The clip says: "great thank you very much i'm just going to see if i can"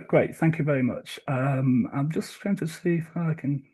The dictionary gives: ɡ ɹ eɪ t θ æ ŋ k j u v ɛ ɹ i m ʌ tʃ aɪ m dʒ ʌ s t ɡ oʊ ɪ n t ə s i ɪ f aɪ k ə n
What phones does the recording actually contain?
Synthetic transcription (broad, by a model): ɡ ɹ eɪ t θ æ ŋ k j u v ɛ ɹ i m ʌ tʃ aɪ m dʒ ʌ s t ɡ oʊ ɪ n t ə s i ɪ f aɪ k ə n